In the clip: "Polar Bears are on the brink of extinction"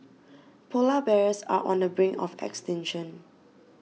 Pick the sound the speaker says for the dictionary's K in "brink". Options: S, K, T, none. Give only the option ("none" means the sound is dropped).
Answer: none